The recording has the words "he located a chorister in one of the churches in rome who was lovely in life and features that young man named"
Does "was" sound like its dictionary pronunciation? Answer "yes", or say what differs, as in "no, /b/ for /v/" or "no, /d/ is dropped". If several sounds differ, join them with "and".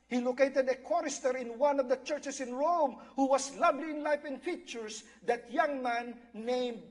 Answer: no, /s/ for /z/